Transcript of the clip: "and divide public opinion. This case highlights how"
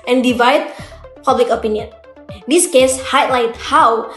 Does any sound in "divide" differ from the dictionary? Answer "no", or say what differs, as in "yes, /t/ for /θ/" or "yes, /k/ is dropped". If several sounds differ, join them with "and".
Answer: no